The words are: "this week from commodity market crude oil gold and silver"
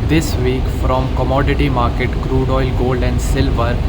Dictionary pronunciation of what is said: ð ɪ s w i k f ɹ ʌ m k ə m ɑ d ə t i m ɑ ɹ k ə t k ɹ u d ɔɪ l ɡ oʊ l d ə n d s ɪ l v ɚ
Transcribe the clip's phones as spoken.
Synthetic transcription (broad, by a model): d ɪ s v i k f ɹ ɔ m k ə m ɑ d ə t i m ɑ ɹ k ə t k ɹ u d ɔɪ l ɡ oʊ l d ə n d s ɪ l v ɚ